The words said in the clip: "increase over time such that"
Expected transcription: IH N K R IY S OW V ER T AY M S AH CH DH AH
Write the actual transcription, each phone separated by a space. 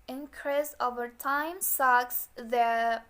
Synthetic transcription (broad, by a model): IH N K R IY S OW V ER T AY M S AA S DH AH